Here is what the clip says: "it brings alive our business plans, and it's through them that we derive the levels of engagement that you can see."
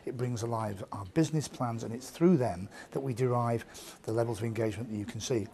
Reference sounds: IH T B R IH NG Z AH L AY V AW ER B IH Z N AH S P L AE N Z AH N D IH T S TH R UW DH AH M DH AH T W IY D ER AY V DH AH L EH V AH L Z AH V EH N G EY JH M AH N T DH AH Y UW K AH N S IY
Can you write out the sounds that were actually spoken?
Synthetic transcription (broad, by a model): IH T B R IH NG Z AH L AY V AW ER B IH Z N AH S P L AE N Z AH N IH T S TH R UW DH AH M DH AH T W IY D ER AY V DH AH L EH V AH L Z AH V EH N G EY JH M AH N DH AH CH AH K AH N S IY